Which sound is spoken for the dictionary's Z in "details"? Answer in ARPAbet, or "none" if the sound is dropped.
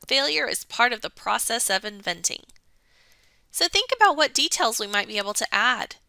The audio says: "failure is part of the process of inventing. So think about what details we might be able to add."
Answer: Z